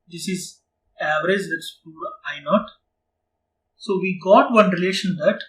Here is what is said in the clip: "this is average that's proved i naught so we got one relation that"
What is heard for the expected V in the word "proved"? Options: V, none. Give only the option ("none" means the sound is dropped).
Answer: none